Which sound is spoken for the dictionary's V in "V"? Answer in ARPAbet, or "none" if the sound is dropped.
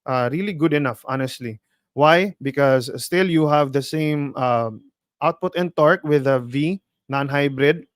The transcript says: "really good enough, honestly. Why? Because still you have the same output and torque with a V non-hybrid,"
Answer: V